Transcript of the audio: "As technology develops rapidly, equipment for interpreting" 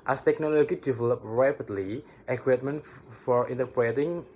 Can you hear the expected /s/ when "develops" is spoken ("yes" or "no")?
no